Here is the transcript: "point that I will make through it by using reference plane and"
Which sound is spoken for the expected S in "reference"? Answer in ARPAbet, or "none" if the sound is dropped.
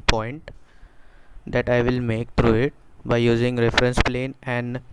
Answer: S